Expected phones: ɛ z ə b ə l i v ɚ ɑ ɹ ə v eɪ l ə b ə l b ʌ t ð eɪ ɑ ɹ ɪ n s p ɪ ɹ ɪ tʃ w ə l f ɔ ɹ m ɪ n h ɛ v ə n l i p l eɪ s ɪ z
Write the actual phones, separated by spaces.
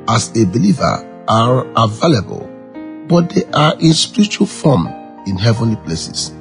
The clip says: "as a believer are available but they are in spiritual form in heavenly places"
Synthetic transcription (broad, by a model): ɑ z ə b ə l i v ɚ ɑ ɹ ə v eɪ l ə b ə l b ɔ t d eɪ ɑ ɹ ɪ n s p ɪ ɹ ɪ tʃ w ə l f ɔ m ɪ n h ɛ v ə n l i p l eɪ s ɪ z